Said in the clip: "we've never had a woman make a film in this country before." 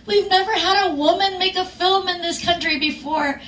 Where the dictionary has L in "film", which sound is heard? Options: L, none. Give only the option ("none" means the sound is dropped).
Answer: L